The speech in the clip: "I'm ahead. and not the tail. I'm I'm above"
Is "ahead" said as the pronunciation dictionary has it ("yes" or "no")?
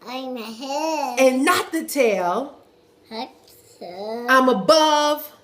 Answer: no